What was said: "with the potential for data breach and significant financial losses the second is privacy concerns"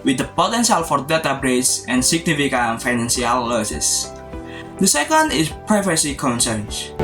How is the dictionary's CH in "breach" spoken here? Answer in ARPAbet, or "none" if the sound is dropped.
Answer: S